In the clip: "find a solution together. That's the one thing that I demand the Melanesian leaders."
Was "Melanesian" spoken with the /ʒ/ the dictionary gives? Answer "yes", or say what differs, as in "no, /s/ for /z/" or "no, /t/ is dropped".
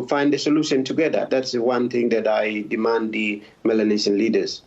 no, /ʃ/ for /ʒ/